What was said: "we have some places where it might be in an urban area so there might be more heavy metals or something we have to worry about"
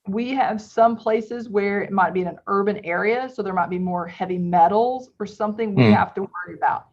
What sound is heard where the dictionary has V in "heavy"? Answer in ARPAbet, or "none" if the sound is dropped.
V